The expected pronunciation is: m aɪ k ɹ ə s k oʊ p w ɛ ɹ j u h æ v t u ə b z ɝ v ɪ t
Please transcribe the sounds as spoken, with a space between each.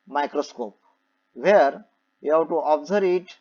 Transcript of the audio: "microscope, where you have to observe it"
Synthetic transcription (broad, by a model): m aɪ k ɹ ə s k oʊ p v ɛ ɹ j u h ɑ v t u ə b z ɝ ɪ t